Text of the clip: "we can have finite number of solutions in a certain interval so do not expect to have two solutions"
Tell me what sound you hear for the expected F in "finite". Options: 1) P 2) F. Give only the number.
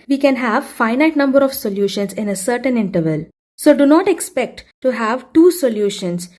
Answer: 2